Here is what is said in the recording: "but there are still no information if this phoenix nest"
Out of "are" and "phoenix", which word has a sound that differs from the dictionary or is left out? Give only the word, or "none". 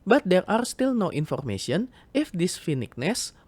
phoenix